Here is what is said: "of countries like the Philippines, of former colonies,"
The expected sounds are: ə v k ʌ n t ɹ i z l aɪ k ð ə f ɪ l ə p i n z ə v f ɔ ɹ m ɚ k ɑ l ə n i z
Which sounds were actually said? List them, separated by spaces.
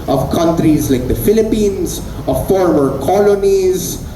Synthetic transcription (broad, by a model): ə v k ʌ n t ɹ i z l aɪ k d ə f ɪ l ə p i n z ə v f ɔ ɹ m ɚ k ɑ l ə n i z